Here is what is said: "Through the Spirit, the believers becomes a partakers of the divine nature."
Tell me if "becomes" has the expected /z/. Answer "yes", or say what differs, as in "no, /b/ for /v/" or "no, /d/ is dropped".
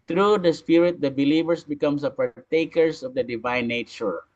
no, /s/ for /z/